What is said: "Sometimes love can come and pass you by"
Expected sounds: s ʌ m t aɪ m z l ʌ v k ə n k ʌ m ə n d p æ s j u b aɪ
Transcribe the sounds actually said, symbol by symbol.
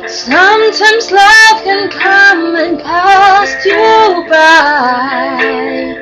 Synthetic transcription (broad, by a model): s ʌ m t aɪ m z l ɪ f k ə n k ʌ m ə n p æ s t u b aɪ